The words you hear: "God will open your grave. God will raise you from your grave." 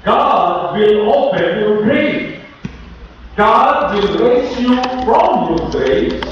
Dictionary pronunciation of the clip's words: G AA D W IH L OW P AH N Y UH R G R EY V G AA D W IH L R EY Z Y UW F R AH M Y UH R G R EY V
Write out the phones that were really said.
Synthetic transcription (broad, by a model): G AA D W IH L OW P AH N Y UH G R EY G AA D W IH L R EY S Y UW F R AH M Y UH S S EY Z